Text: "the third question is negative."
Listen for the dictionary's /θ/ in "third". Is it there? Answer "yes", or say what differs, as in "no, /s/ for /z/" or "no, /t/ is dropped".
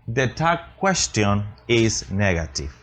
no, /t/ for /θ/